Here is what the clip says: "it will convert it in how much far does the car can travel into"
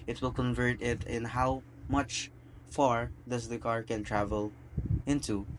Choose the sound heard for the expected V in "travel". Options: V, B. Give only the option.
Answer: V